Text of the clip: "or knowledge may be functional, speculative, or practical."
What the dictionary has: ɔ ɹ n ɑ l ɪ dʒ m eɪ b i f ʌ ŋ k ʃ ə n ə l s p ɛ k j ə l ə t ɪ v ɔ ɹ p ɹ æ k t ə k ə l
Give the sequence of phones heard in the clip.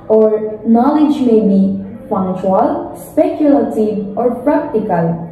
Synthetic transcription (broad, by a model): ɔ ɹ n ɑ l ɪ dʒ m eɪ b i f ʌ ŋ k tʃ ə ə l s p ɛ k j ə l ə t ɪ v ɔ ɹ p ɹ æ k t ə k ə l